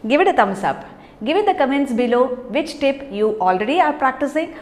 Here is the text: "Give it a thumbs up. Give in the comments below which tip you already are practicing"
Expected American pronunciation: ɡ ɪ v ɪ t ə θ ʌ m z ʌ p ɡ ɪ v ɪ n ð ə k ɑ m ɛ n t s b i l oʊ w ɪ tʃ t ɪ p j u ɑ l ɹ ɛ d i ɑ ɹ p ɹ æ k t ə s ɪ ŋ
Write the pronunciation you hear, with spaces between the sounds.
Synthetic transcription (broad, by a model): ɡ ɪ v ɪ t ə t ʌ m s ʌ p ɡ ɪ v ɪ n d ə k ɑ m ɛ n t s b i l oʊ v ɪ tʃ t ɪ p j u ɑ l ɹ ɛ d i ɑ ɹ p ɹ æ k t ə s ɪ ŋ